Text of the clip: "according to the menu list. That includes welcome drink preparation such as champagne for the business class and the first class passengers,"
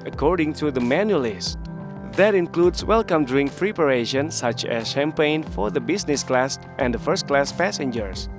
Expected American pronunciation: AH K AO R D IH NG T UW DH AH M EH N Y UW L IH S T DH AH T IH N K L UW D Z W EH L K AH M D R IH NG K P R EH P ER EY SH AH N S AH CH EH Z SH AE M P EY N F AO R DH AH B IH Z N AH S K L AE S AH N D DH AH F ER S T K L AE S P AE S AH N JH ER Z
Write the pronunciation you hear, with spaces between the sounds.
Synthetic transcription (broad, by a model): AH K AO R D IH NG T UW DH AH M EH N Y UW L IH S T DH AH T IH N K L UW D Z W EH L K AH M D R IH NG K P R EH P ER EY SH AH N S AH CH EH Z SH AE M P EY N F AO R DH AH B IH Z N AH S K L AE S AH N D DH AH F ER S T K L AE S P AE S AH N JH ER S